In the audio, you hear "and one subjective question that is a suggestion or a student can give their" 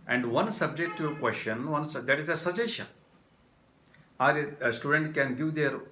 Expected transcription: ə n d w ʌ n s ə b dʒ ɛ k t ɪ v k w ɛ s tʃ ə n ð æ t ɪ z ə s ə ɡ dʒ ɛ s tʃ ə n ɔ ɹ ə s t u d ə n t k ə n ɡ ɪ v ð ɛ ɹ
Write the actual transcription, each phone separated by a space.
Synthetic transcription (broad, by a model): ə n d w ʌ n s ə b dʒ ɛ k t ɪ k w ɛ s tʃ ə n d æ t ɪ z ə s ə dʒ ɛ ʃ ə ɑ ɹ s t u d ə n t k ə n ɡ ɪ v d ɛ ɹ